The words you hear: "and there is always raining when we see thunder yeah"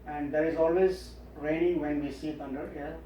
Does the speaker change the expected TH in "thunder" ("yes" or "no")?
yes